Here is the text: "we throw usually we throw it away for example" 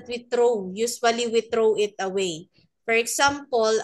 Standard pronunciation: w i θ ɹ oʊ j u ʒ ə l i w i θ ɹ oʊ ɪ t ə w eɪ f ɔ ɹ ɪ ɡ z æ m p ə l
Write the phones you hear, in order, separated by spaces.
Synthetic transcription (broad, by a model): w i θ ɹ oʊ j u s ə l i w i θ ɹ oʊ ɪ t ə w eɪ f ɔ ɹ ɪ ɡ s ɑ m p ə l